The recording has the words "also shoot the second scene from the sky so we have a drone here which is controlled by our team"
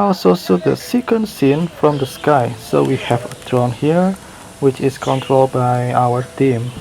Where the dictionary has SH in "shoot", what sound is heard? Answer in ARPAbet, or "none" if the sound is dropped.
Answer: S